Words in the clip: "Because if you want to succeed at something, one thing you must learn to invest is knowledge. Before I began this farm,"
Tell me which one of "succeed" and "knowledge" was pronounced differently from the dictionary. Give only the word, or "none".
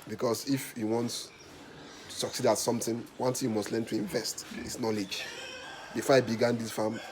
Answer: none